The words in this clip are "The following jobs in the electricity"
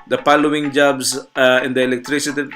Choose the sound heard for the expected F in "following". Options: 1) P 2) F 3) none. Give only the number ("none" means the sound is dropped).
1